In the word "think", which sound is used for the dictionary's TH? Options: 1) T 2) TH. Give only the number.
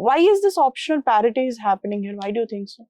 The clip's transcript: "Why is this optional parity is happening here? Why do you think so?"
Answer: 1